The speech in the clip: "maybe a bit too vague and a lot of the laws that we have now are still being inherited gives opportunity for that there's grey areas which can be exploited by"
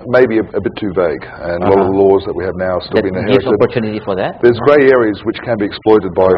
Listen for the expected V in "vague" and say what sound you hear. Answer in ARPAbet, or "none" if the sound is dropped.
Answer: V